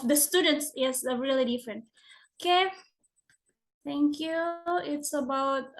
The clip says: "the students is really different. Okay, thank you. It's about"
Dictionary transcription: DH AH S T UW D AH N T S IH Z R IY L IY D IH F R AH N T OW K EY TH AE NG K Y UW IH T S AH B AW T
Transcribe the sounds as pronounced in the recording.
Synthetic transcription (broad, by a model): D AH S T UW D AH N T S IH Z R IY L IY D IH F R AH N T OW K EY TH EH NG K Y UW IH T S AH B AW T